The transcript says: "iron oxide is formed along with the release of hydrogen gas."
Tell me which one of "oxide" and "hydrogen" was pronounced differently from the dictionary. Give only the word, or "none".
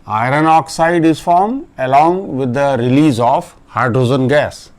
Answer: hydrogen